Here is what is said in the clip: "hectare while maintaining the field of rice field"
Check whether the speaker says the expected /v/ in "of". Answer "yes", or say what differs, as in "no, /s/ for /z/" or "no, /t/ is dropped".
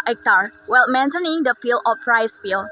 no, /p/ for /v/